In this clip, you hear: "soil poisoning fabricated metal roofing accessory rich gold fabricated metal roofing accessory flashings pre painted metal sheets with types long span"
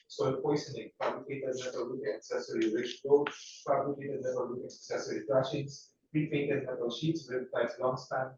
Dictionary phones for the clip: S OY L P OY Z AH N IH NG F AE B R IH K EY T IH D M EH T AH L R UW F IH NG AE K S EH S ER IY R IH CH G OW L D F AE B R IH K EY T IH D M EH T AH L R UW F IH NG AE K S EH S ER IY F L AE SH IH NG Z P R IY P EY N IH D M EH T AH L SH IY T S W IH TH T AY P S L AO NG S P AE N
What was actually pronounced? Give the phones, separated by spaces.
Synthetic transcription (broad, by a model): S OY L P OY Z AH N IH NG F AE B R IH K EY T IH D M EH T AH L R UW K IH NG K S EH S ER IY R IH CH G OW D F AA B L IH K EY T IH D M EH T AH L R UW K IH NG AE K S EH S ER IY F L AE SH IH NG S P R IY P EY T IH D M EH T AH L SH IY T S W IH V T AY S L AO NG S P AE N